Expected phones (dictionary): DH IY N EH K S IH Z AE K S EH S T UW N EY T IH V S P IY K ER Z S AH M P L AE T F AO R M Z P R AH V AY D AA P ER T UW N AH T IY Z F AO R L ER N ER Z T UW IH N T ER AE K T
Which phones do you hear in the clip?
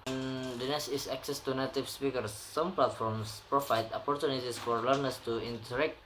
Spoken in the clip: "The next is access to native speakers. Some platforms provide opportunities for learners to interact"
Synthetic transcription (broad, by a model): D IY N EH S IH S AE K S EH S T UW N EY T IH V S P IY K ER S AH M P L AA T F AO R M S P R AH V AY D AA P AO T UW N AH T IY S F AO R L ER N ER S T UW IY N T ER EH K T